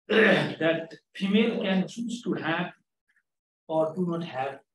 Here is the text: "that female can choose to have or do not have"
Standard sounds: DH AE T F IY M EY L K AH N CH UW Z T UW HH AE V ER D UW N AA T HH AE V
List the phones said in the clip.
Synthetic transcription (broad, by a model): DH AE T P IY M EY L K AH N S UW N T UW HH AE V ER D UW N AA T HH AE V